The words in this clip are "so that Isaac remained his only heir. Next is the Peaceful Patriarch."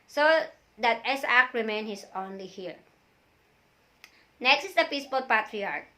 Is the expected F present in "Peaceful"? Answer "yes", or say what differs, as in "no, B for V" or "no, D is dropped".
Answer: no, P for F